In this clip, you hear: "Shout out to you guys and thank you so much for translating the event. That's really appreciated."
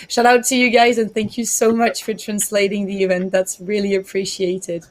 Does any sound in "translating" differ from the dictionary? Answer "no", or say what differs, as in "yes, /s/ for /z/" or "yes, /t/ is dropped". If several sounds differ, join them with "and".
no